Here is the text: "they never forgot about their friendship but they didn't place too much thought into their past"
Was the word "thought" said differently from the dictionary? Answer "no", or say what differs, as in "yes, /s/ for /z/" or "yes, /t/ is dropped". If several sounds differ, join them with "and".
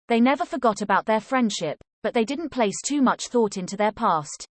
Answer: no